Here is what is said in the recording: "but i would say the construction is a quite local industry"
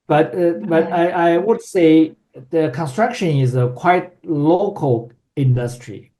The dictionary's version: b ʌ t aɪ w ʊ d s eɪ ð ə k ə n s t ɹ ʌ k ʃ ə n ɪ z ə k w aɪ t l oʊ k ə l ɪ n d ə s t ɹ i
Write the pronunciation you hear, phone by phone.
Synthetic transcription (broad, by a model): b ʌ t aɪ w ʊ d s eɪ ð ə k ə n s t ɹ ʌ k ʃ ə n ɪ z ə k w aɪ t l oʊ k ə l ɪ n d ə s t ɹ i